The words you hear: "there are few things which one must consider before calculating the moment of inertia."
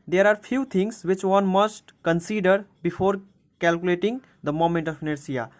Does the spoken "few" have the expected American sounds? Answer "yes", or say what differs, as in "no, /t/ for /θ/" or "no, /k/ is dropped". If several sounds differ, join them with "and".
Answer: no, /p/ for /f/